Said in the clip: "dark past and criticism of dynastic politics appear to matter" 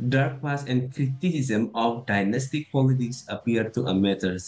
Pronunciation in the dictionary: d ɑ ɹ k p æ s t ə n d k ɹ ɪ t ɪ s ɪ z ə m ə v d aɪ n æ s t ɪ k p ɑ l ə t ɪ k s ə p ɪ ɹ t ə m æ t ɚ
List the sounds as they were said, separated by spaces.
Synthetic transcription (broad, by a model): d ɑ ɹ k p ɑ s ə n d k ɹ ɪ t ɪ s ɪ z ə m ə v d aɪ n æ s t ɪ k p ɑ l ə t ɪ k s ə p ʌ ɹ t ə m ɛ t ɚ